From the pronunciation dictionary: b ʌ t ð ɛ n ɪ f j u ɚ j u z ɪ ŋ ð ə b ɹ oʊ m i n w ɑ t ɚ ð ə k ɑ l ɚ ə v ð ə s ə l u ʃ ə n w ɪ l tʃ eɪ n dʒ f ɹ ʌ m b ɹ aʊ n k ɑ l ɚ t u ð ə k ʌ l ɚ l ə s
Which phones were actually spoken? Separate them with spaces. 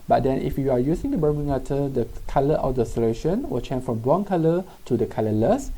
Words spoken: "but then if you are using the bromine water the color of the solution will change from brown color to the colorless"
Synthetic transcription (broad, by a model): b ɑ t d ɛ n ɪ f j u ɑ j u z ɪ ŋ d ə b oʊ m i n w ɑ t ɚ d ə k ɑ l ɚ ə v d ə s ə l u ʃ ə n w ɪ l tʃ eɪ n f ɹ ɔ m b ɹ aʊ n k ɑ l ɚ t u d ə k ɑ l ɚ l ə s